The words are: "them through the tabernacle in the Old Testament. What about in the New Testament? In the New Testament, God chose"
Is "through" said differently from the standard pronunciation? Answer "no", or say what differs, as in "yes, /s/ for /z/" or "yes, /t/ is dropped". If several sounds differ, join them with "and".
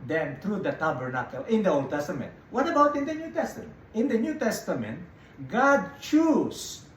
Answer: yes, /t/ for /θ/